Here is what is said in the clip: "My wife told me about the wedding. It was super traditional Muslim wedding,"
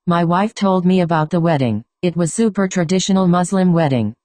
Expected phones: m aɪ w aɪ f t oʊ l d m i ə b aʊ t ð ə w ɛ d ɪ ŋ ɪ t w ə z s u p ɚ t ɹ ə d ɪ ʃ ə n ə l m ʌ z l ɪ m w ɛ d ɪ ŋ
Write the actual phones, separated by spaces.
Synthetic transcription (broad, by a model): m aɪ w aɪ f t oʊ l d m i ə b aʊ t ð ə w ɛ d ɪ ŋ ɪ t w ə z s u p ɚ t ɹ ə d ɪ ʃ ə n l m ʌ z l ɪ m w ɛ d ɪ ŋ